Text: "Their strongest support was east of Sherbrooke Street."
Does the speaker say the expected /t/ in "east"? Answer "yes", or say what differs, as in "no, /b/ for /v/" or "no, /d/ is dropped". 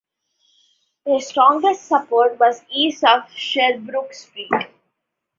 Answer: no, /t/ is dropped